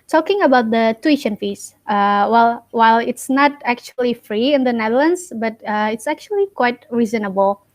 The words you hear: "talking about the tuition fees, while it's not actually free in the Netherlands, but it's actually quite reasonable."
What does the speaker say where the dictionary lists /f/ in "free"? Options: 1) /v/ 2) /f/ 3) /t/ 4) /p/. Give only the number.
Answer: 2